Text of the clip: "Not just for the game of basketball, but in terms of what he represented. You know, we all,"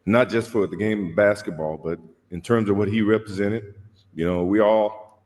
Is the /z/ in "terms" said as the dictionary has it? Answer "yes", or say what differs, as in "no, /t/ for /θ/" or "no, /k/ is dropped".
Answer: yes